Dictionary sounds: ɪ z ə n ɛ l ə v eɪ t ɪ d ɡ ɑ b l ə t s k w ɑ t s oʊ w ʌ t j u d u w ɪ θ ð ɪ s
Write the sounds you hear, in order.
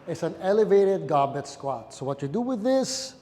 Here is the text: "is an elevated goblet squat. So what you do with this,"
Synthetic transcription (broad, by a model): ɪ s ə n ɛ l ə v eɪ t ɪ d ɡ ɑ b ə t s k w ɑ t s oʊ w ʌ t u d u w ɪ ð ɪ s